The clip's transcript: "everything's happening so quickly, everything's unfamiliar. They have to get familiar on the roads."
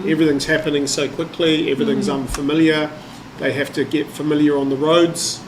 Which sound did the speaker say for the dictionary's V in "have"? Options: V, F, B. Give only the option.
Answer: F